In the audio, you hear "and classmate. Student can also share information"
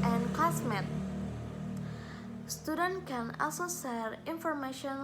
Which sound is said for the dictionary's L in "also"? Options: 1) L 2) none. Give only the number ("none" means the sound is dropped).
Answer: 2